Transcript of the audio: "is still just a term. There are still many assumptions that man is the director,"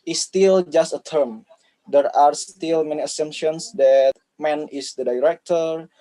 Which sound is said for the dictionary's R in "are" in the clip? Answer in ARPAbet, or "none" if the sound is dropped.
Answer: R